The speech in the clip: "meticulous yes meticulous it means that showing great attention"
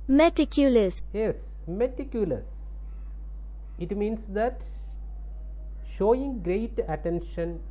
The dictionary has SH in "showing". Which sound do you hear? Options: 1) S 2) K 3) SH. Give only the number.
3